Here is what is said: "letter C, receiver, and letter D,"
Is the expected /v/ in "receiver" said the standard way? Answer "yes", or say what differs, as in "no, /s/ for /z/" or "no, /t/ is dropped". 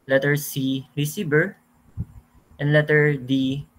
no, /b/ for /v/